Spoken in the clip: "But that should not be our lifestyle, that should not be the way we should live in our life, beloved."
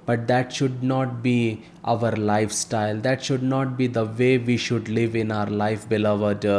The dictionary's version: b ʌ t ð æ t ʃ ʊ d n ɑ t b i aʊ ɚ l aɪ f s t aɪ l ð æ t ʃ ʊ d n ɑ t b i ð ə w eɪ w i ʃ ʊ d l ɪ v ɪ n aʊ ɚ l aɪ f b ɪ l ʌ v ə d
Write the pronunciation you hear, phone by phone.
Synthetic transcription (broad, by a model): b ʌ t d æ t ʃ ʊ d n ɑ t b i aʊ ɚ l aɪ f s t aɪ l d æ t ʃ ʊ d n ɑ t b i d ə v eɪ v i ʃ ʊ d l ɪ v ɪ n aʊ ɚ l aɪ f b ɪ l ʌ v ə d